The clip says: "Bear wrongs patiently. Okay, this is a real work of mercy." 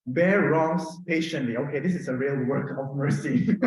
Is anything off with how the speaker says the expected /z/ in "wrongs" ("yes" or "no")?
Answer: yes